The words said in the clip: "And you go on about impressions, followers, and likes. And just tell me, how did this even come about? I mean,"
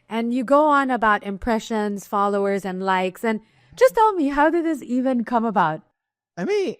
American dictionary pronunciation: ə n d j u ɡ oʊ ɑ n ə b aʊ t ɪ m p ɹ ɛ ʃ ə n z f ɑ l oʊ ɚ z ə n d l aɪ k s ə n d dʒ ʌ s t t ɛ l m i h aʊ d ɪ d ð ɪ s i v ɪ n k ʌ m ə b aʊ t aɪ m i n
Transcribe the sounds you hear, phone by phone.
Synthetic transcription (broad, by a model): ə n j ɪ ɡ oʊ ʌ n ə b aʊ t ɪ m p ɹ ɛ ʃ ə n z f ɑ l oʊ ɚ z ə n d l aɪ k s ə n d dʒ ʌ s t t ɛ l m i h aʊ d ɪ d ð ɪ s i v ɪ n k ʌ m ə b aʊ t aɪ m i n